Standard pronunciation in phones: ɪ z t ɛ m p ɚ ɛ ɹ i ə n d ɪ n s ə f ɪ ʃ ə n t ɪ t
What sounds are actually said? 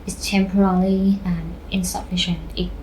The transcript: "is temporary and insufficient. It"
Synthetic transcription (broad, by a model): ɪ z t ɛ m p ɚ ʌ l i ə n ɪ n s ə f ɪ ʃ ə n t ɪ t